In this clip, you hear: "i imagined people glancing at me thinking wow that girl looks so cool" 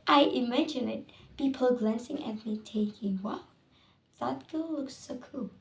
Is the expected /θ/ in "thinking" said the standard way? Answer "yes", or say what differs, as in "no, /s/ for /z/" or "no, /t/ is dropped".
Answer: no, /t/ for /θ/